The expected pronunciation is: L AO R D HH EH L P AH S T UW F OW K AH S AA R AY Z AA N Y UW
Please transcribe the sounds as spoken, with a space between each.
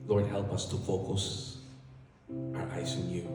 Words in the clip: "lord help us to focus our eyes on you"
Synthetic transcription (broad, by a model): L AO R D HH EH L P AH S T UW F OW K AH S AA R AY S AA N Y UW